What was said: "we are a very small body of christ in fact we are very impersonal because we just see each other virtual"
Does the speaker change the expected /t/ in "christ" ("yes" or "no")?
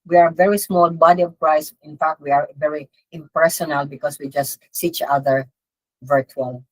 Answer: yes